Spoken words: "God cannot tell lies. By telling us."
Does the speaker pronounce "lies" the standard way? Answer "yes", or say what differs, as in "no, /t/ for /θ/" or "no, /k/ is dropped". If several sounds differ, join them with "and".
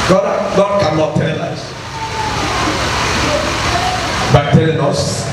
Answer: no, /s/ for /z/